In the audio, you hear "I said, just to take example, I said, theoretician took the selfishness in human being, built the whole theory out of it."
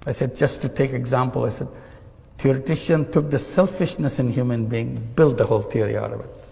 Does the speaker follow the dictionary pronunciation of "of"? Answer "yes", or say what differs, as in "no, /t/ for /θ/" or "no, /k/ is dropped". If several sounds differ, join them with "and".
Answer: yes